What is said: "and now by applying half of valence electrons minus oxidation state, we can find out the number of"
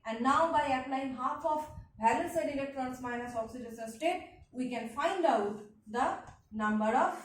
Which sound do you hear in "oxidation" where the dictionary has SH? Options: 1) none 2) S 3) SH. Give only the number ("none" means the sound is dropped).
2